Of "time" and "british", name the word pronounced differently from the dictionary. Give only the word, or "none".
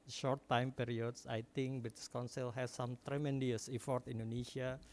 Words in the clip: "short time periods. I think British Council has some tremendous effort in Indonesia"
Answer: british